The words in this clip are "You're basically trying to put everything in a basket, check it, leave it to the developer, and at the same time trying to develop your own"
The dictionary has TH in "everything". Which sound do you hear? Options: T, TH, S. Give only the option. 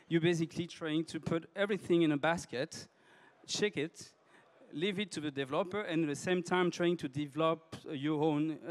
TH